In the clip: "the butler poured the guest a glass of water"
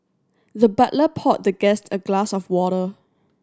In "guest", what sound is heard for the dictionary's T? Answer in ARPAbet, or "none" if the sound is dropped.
T